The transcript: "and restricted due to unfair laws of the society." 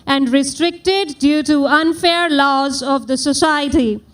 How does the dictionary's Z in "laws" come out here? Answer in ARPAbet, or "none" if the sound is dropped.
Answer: Z